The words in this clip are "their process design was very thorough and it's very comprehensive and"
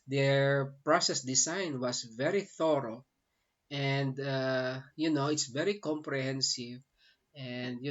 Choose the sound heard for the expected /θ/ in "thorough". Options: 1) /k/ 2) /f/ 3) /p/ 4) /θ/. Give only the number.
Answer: 4